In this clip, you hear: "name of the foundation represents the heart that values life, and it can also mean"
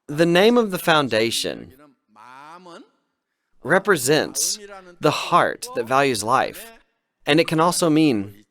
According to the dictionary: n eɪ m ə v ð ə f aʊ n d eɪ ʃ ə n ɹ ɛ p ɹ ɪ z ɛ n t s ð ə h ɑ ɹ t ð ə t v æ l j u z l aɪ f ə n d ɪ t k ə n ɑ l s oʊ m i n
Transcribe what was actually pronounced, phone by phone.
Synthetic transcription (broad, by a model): n eɪ m ə v ð ə f aʊ n d eɪ ʃ ə n ɹ ɛ p ɹ ɪ z ɛ n t s ð ə h ɑ ɹ t ð ə t v æ l j u z l aɪ f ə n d ɪ t k ə n ɑ l s oʊ m i n